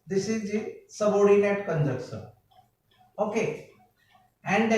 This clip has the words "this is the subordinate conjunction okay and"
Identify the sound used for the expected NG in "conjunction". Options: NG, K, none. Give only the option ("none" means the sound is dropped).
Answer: none